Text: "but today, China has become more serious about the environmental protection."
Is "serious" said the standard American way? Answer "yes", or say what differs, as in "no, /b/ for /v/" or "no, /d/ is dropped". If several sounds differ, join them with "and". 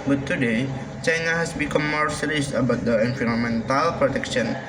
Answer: no, /l/ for /ɹ/